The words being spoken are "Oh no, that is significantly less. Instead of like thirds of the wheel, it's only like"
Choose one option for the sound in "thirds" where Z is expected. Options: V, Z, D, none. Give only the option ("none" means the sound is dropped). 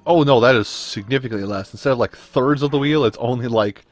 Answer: Z